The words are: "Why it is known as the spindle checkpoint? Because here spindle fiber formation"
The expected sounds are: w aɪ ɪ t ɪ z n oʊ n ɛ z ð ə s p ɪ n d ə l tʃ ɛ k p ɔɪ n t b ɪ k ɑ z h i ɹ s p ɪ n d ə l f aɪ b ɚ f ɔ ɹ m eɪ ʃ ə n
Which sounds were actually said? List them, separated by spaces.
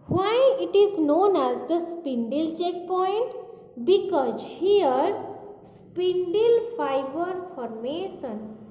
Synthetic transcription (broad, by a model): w aɪ ɪ t ɪ z n oʊ n ɛ z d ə s p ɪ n d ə l tʃ ɛ k p ɔɪ n t b ɪ k ɑ z h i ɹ s p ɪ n d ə l f aɪ b ɚ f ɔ ɹ m eɪ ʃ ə n